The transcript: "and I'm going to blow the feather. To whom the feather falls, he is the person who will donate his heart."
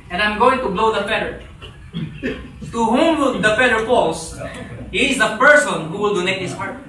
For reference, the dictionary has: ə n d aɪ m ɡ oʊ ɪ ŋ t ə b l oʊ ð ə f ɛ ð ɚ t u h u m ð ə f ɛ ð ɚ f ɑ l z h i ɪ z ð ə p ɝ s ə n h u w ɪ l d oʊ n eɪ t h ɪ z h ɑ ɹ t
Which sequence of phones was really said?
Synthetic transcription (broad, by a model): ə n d aɪ m ɡ oʊ ɪ ŋ t ə b l oʊ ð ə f ɛ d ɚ t u h u m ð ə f ɛ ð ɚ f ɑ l s h i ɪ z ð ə p ɝ s ə n h u w ɪ l d oʊ n eɪ t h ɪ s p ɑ ɹ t